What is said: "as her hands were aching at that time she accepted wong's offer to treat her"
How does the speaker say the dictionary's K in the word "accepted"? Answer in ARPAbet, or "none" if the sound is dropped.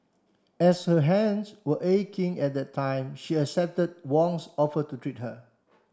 none